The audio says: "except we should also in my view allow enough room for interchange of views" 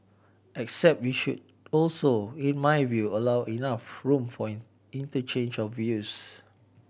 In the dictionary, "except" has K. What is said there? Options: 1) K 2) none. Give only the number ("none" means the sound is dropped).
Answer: 1